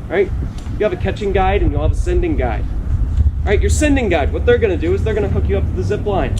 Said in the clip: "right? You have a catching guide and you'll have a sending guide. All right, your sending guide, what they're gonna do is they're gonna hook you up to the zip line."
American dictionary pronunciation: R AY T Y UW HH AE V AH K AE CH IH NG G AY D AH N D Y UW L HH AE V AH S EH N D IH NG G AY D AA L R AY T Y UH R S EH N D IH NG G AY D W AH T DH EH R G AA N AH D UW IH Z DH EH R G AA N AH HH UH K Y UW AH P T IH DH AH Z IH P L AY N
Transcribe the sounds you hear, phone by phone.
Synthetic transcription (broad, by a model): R AY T Y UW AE V AH K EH CH IH NG G AY D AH N Y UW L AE V AH S EH N D IH NG G AY D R AY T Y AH R S EH N D IH NG G AY D W AH T DH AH R G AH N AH D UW IH Z DH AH R G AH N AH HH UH K Y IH AH P T IH DH AH Z IH P L AY N